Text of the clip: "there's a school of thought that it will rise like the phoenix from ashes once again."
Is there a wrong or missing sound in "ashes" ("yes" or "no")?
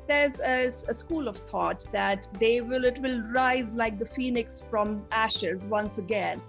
no